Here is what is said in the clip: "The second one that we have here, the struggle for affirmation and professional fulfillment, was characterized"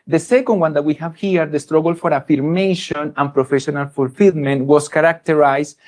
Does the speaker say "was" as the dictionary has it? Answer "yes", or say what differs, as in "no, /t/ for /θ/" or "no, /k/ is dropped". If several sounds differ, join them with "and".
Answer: no, /s/ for /z/